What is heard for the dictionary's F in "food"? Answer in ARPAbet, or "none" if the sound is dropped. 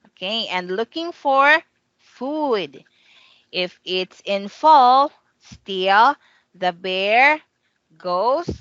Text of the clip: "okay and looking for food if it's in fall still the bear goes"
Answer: F